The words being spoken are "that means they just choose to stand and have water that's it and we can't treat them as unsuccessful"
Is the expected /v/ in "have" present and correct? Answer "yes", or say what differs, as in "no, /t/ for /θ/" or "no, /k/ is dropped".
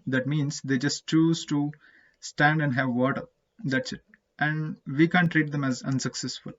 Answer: yes